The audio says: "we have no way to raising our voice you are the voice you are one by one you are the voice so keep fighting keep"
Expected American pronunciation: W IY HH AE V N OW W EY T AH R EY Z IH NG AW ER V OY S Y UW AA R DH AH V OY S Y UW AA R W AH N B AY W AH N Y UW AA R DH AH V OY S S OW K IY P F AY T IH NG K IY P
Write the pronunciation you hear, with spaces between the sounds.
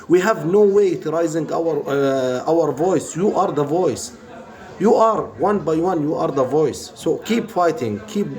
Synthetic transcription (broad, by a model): W IY HH AE V N OW W EY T R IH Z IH NG AW ER V OY S Y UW AA R DH AH V OY S Y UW AA R W AH N B AY W AH N Y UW AA R DH AH V OY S S OW K IY P F AY T IH NG K IY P